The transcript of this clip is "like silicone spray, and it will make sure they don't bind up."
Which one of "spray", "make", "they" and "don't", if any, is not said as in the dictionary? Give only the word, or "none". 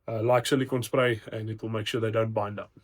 none